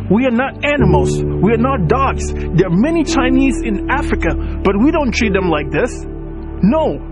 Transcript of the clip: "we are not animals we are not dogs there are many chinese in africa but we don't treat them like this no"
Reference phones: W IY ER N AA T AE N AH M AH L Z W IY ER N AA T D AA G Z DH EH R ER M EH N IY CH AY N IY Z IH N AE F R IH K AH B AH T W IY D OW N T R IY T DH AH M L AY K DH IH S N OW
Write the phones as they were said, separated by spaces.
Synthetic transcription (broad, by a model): W IY ER N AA T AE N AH M L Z W IY ER N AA T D AA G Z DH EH R M EH N IY CH AY N IY Z IH N AE F R IH K AH B AH T W IY D OW N T R IY T DH AH M L AY K DH IH S N OW